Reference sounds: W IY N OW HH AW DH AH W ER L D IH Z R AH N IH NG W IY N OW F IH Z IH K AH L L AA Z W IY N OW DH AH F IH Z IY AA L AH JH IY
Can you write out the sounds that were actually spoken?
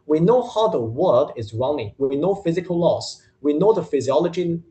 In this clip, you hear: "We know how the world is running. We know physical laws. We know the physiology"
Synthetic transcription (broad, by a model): W IY N OW HH AW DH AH W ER D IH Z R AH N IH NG W IY N OW F IH Z IH K AH L L AA S W IY N OW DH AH F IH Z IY AA L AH JH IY